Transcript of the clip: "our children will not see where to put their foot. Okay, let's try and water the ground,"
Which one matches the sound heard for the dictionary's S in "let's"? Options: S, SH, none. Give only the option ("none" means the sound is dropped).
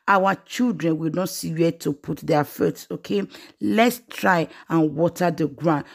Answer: S